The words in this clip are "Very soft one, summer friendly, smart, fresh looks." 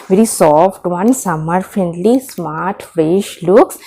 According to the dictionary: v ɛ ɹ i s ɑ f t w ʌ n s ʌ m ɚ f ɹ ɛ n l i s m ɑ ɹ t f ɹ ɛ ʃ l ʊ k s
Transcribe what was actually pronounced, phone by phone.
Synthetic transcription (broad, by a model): v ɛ ɹ i s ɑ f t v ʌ n s ʌ m ɚ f ɛ n l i s m ɑ ɹ t f ɹ ɛ ʃ l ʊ k s